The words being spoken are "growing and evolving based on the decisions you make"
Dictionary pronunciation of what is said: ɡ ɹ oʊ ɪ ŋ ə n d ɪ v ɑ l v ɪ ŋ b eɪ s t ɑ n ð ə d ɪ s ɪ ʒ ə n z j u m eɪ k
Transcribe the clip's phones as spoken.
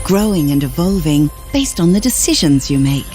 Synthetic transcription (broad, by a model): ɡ ɹ oʊ ɪ ŋ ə n ɪ v ɑ l v ɪ ŋ b eɪ s t n ð ə d ɪ s ɪ ʒ ə n z j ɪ m eɪ k